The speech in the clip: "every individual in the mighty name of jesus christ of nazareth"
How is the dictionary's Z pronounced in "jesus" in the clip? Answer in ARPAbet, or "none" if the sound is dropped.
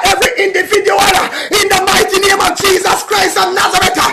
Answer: Z